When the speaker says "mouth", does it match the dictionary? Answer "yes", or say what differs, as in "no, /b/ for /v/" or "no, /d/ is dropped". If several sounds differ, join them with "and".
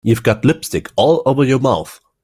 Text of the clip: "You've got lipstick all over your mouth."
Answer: yes